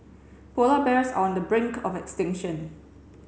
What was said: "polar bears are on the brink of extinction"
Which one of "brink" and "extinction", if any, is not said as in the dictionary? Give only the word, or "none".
none